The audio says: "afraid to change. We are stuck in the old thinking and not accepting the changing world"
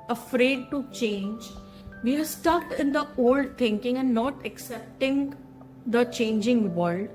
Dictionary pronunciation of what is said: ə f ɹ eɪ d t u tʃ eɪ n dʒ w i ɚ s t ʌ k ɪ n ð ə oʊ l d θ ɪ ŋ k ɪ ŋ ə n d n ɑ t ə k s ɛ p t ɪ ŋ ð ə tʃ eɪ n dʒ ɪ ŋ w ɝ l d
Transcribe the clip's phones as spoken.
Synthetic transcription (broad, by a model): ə f ɹ eɪ d t u tʃ eɪ n dʒ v i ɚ s t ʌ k ɪ n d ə oʊ l d t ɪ ŋ k ɪ ŋ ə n n ɑ t ə k s ɛ p t ɪ ŋ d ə tʃ eɪ n dʒ ɪ ŋ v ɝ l d